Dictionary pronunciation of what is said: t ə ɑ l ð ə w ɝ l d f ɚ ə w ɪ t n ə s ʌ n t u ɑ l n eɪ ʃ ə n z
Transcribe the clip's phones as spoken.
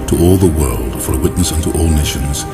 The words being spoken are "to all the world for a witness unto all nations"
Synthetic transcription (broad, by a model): t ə ɑ l ð ə w ɝ l d f ɚ ə w ɪ t n ə s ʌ n t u ɑ l n eɪ ʃ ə n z